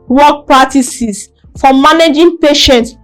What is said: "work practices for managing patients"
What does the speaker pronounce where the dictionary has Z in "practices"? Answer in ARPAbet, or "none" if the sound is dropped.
S